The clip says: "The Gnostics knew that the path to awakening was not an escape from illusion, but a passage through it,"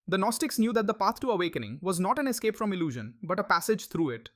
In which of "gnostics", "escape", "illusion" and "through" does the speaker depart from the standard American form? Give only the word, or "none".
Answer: through